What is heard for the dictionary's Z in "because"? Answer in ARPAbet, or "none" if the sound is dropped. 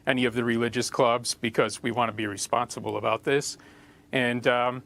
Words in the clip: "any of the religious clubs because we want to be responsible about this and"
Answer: Z